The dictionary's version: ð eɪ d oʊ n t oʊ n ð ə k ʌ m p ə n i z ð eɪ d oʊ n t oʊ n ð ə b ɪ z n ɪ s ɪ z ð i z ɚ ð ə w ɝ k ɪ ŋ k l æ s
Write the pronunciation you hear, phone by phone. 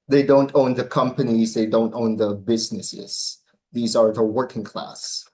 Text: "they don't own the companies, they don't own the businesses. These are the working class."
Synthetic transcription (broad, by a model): ð eɪ d oʊ n t oʊ n ð ə k ʌ m p ə n i z ð eɪ d oʊ n t oʊ n ð ə b ɪ z n ɪ s ɪ z ð i z ɚ ð ə w ɝ k ɪ ŋ k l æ s